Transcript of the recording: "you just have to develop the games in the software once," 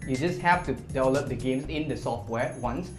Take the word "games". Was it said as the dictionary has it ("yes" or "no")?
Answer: no